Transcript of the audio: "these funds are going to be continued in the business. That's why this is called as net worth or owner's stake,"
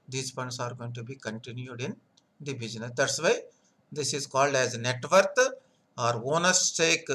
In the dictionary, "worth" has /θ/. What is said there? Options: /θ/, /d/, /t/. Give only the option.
/t/